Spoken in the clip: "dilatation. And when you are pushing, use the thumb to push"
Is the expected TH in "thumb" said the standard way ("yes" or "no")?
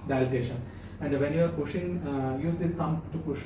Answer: no